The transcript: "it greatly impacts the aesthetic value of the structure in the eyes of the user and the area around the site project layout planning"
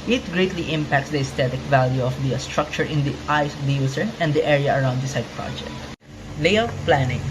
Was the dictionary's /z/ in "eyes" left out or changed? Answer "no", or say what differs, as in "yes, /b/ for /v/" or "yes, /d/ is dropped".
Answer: yes, /s/ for /z/